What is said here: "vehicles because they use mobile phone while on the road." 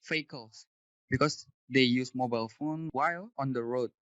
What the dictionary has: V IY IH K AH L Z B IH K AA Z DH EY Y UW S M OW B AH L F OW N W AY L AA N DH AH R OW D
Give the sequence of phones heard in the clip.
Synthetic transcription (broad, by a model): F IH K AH L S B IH K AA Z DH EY Y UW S M OW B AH L F OW N W AY L AA N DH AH R OW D